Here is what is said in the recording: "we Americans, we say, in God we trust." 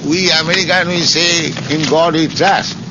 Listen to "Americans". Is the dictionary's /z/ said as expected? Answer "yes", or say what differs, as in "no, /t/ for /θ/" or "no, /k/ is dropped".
no, /z/ is dropped